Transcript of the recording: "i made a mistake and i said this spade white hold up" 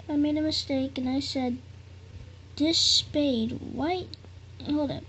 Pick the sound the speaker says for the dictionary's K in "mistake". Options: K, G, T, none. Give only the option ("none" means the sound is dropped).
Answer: K